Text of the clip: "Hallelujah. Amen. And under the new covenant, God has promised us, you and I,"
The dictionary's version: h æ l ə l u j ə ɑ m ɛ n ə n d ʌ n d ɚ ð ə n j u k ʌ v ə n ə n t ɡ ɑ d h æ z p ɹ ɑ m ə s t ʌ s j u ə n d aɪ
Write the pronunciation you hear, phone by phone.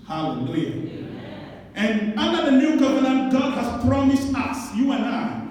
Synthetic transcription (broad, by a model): h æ l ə l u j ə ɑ ɛ n ə n d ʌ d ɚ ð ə n j u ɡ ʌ v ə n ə n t ɡ ɑ d h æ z p ɹ ɑ m ə s t ʌ s j u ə n aɪ